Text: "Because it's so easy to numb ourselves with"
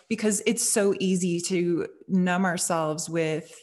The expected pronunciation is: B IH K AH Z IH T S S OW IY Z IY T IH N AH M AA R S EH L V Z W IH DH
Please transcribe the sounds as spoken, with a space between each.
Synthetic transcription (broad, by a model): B IH K AH Z IH T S S OW IY Z IY T IH N AH M AA R S EH L V Z W IH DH